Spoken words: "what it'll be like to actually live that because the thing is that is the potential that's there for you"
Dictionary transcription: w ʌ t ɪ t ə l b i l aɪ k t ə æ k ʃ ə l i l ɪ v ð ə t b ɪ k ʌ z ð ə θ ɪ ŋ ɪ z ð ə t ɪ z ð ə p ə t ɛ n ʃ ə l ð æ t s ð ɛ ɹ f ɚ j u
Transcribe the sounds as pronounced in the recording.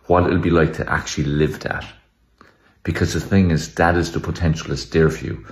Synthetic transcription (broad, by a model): w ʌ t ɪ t l b i l aɪ k t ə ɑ k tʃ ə l i l ɪ v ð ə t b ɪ k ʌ z ð ə θ ɪ ŋ ɪ z ð ə t ɪ z ð ə p ə t ɛ n ʃ ə l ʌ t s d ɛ ɹ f j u